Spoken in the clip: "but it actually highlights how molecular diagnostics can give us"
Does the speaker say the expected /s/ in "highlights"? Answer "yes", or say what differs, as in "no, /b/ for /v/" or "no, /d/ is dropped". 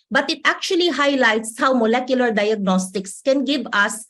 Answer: yes